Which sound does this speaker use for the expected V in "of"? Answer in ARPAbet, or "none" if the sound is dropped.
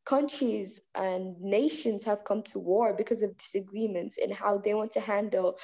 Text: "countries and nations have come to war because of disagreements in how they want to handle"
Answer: V